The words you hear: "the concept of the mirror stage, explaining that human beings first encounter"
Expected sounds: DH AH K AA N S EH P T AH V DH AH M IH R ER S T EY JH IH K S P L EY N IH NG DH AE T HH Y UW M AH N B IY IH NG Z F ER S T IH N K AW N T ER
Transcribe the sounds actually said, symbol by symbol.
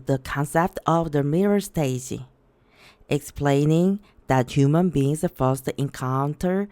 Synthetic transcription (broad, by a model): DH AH K AA N S EH P T AH V DH AH M IH R ER S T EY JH IH K S P L EY N IH NG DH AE T HH Y UW M AH N B IY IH NG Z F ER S T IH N K AW N T ER